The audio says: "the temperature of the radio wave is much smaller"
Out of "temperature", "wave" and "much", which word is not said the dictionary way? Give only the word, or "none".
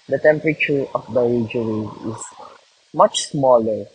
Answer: wave